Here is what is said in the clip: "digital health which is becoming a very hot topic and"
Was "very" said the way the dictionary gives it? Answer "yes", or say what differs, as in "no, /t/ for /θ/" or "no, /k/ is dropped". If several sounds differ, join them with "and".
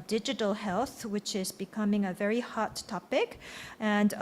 yes